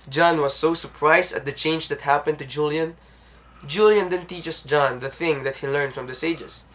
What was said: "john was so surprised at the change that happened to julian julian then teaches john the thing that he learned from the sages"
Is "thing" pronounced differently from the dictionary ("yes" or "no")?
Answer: no